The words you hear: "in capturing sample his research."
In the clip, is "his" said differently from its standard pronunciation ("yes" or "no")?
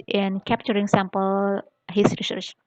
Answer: yes